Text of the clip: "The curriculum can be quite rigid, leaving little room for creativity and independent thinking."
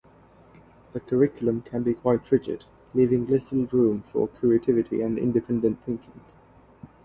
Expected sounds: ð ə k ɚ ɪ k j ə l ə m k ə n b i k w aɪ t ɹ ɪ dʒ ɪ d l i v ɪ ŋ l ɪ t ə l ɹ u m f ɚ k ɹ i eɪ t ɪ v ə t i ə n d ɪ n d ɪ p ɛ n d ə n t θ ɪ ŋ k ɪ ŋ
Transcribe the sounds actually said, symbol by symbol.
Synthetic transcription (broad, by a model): ð ə k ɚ ɪ k j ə l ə m k ə n b i k w aɪ t ɹ ɪ dʒ ɪ d l i v ɪ ŋ l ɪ s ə l ɹ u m f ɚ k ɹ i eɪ t ɪ v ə t i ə n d ɪ n d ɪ p ɛ n d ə n θ ɪ ŋ k ɪ ŋ